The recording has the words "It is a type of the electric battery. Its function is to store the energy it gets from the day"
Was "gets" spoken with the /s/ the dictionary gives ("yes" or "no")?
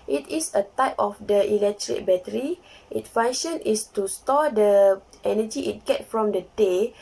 no